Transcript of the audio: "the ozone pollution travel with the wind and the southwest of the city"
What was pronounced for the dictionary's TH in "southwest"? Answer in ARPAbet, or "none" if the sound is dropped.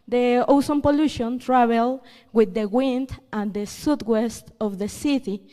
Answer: T